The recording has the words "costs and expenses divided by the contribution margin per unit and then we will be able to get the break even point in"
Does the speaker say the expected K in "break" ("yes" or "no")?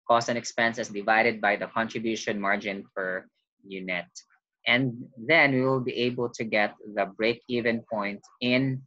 yes